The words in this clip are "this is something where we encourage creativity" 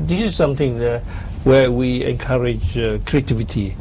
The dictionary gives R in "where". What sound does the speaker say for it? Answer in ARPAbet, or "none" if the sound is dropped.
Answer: W